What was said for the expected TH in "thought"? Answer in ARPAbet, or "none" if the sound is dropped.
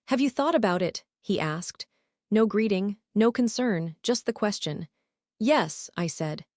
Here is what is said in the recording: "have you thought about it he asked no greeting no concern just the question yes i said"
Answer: TH